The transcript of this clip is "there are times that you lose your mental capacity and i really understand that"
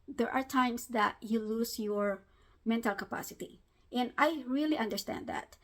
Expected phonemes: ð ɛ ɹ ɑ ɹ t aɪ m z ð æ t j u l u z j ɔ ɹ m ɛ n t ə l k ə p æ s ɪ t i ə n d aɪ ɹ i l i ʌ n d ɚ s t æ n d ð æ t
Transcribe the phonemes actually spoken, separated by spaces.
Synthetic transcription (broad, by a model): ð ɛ ɹ ɑ ɹ t aɪ m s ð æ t j u l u s j ɔ ɹ m ɛ n t ə l k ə p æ s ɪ t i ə n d aɪ ɹ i l i ʌ n d ɚ s t æ n d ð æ t